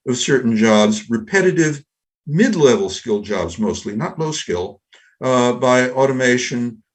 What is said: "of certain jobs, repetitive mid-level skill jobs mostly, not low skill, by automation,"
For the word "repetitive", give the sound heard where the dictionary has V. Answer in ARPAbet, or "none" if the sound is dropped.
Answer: V